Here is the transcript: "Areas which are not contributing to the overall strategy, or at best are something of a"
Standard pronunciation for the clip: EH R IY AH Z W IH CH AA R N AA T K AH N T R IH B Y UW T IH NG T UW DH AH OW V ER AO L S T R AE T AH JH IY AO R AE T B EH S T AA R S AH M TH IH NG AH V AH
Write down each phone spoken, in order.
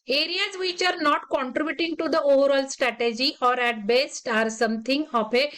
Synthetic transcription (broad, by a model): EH R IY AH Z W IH CH AA R N AA T K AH N T R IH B Y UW T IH NG T UW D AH OW V ER AO L S T R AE T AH JH IY AO R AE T B EH S T AA R S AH M T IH NG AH P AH